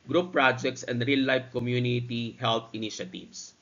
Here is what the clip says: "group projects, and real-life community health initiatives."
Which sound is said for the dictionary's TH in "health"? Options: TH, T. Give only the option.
T